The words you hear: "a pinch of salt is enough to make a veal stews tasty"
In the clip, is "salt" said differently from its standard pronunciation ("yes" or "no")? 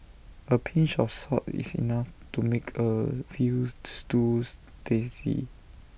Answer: yes